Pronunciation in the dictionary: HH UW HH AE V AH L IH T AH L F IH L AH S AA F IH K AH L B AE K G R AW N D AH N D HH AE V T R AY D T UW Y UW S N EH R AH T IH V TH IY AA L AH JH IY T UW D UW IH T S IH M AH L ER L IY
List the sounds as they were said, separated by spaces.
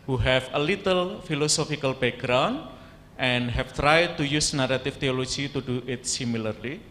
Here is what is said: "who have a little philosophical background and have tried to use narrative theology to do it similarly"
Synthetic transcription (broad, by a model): HH UW HH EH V AH L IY T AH L F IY L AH S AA F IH K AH L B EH G R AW N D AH N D HH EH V T R AY D T UW Y UW S N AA R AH T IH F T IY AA L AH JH IY T UW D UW IH T S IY M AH L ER L IY